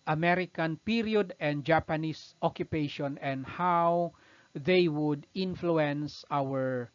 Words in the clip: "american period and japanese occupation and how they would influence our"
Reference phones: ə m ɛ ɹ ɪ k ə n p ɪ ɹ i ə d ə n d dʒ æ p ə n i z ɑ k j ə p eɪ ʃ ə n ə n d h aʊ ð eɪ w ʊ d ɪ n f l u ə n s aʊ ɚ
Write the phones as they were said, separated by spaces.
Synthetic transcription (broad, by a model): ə m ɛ ɹ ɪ k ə n p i ɹ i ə d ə n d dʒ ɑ p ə n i s ɑ k j ə p eɪ ʃ ə n ə n d h aʊ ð eɪ w ʊ d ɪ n f l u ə n s aʊ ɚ